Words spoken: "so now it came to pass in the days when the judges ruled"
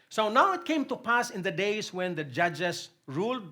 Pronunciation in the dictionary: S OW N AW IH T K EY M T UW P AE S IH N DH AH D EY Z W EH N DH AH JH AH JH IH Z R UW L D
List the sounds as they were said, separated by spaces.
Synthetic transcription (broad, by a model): S OW N AW IH T K EY M T UW P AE S IH N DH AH D EY S W EH N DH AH JH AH JH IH S R UW L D